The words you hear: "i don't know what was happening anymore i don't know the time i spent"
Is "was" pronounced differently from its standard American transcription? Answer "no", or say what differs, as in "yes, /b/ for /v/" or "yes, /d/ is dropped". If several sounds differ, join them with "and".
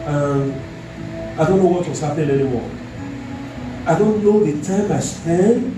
yes, /s/ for /z/